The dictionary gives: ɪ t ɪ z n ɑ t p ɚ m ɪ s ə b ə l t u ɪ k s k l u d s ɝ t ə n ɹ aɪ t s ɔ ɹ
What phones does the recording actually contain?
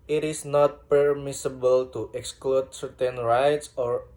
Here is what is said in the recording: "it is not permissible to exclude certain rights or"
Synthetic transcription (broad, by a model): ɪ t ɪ s n ɑ t p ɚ m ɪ s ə b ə l t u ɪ k s k l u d s ɝ t ə n ɹ aɪ t s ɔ ɹ